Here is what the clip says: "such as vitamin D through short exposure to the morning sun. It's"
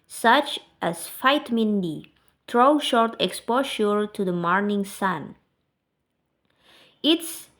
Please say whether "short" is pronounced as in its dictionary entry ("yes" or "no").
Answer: yes